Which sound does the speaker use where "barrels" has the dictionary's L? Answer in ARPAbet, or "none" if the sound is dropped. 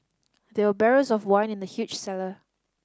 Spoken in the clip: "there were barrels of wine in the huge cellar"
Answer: none